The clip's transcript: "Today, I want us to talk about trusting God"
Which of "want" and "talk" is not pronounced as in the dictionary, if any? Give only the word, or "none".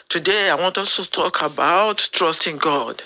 none